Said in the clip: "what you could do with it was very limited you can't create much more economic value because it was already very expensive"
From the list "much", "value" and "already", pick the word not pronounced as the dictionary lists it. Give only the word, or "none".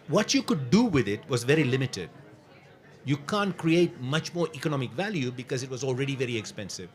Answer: none